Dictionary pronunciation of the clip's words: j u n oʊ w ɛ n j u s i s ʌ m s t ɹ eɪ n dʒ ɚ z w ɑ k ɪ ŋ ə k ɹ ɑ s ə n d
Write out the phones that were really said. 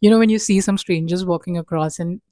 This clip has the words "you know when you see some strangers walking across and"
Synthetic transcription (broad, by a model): j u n oʊ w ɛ n j u s i s ʌ m s t ɹ eɪ n dʒ ɚ z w ɑ k ɪ ŋ ə k ɹ ɑ s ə n